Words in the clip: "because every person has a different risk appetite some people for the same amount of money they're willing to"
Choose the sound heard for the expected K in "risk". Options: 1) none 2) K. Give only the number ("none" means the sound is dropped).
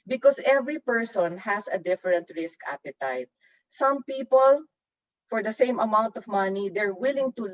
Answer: 2